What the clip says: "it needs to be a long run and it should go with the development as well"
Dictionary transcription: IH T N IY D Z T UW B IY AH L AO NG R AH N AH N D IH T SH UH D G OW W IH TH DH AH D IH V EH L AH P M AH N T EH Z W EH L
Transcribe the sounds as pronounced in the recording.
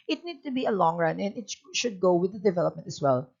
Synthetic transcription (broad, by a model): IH T N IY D T UW B IY AH L AO NG R AH N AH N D IH T SH UH D G OW W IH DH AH D IH V EH L AH P M AH N T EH S W EH L